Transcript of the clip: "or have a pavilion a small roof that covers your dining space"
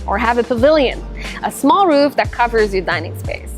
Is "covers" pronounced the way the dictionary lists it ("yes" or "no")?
yes